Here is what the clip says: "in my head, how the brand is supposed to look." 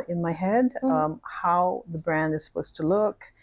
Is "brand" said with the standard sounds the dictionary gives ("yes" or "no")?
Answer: yes